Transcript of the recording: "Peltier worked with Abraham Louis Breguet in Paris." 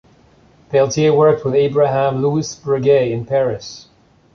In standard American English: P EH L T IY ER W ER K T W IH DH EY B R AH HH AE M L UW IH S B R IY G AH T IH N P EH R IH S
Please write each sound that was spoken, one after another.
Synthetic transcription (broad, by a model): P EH L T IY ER W ER K T W IH DH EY B R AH HH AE M L UW IH S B R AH G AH IH N P EH R IH S